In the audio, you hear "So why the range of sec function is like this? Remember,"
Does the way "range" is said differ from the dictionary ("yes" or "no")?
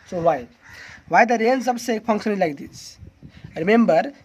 yes